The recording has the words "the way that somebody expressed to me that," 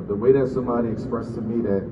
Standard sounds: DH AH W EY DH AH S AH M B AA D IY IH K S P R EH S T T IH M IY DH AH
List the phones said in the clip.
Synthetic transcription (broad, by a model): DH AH W EY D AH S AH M AA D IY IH K S P R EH S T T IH M IY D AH